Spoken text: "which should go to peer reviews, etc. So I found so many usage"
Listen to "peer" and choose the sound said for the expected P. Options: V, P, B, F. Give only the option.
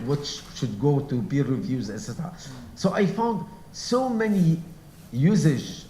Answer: B